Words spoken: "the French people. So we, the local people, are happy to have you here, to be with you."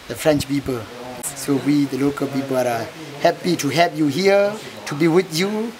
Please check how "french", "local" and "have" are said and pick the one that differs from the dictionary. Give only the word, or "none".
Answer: have